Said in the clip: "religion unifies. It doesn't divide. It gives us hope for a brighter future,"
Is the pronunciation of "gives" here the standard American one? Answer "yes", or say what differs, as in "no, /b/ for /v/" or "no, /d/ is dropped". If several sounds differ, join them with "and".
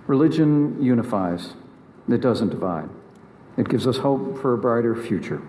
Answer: yes